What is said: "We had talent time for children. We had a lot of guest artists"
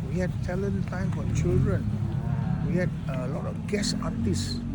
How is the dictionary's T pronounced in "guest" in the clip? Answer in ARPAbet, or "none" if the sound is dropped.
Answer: none